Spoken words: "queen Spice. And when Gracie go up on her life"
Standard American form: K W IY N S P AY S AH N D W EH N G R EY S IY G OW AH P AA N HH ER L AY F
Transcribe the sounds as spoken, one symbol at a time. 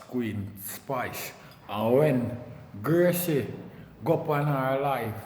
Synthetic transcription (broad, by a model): K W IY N S P AY S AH W EH N G EY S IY G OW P AA N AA L AY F